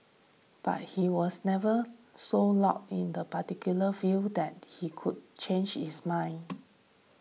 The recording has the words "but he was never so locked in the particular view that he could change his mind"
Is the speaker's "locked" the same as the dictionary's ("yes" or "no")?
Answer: no